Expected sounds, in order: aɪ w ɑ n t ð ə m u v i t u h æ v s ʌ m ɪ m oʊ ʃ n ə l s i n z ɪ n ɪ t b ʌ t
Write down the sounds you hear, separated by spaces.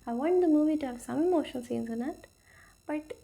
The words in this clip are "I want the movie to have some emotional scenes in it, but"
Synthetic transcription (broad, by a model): aɪ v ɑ n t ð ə m u v i t u h æ v s ʌ m m oʊ ʃ ə n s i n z ɪ n ɪ t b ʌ t